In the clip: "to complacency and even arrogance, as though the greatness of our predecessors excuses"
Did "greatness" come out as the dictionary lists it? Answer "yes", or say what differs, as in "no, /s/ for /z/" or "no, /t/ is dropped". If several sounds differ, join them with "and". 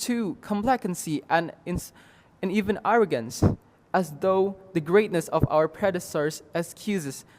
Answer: yes